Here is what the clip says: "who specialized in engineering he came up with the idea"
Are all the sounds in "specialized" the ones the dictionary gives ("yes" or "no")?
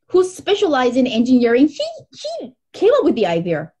yes